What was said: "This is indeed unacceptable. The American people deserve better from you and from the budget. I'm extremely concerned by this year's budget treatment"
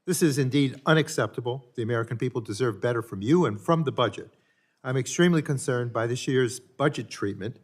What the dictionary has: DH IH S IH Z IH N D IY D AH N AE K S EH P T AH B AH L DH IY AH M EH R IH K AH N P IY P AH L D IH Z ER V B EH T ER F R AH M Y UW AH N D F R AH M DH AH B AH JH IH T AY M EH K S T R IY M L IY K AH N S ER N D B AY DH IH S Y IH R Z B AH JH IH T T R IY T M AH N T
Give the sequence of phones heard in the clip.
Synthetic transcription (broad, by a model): DH IH S IH Z IH N D IY D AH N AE K S EH P T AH B L DH IY AH M EH R IH K AH N P IY P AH L D IH Z ER V B EH T ER F R AH M Y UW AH N F R AH M DH AH B AH JH IH T AY M EH K S T R IY M L IY K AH N S ER N B AY DH IH S Y IH R Z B AH JH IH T T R IY T M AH N T